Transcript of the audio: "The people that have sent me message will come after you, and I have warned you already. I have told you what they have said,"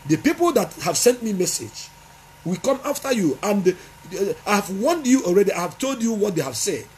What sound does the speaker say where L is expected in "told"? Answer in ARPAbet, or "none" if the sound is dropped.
L